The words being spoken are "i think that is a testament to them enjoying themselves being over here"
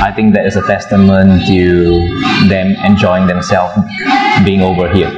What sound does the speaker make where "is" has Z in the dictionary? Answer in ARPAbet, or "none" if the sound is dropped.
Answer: S